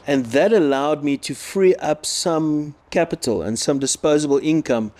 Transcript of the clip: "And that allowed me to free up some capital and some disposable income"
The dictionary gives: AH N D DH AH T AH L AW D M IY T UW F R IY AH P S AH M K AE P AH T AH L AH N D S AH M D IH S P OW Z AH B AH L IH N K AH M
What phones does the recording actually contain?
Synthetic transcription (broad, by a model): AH N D DH AH T AH L AW D M IY T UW F R IY AH P S AH M K AE P AH T AH L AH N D S AH M D IH S P OW Z AH B AH L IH N K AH M